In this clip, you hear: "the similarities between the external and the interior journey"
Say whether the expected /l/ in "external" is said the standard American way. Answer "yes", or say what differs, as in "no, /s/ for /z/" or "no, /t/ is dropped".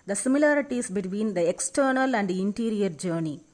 yes